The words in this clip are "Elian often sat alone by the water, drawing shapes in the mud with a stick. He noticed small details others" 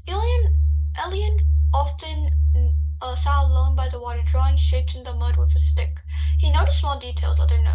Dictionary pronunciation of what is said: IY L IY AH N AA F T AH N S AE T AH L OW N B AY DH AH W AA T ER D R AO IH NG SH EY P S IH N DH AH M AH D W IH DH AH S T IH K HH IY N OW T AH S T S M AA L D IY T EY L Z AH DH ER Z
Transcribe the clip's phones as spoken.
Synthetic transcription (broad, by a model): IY L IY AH N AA F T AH N S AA AH L OW N B AY DH AH W AA T ER D R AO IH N SH EY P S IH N DH AH M AH D W IH DH AH S T IH K HH IY N OW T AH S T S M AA L D IY T EY L Z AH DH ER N